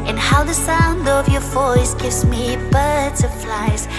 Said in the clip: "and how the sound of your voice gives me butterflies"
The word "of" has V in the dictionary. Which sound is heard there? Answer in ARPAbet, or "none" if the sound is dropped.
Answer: V